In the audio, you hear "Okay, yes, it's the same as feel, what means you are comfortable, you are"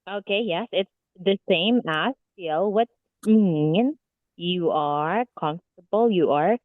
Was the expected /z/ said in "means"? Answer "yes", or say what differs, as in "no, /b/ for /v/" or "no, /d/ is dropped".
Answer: no, /z/ is dropped